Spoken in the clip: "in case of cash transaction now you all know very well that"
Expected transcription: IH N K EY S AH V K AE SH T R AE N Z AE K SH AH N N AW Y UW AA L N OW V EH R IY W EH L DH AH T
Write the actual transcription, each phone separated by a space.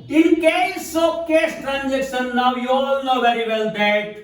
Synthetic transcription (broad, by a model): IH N K EY S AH K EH S T R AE N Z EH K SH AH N N AW Y UW AA L N OW V EH R IY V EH L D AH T